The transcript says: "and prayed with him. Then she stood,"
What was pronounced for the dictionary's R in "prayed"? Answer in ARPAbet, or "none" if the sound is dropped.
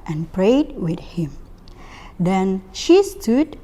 R